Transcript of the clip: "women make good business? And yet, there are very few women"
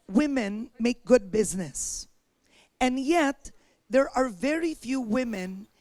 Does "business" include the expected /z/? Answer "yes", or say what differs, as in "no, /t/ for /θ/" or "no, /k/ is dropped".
yes